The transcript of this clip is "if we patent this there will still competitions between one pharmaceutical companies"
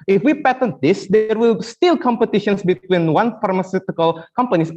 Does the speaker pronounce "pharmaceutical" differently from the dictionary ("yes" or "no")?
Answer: no